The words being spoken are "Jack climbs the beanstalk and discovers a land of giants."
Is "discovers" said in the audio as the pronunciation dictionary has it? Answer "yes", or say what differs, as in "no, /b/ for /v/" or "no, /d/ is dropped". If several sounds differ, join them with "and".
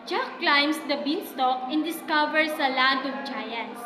no, /s/ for /z/